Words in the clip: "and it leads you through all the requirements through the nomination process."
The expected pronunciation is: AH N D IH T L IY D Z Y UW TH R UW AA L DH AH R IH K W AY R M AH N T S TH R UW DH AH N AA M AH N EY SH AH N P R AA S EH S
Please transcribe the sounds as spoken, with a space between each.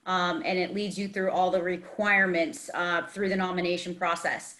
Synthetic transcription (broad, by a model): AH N IH T L IY D Z Y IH TH R UW AA L DH AH R IH K W AY R M AH N T S TH R UW DH AH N AA M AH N EY SH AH N P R AA S EH S